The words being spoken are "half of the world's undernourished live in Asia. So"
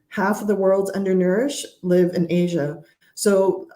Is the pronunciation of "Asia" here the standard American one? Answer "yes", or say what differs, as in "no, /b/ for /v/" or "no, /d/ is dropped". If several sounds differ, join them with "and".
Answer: yes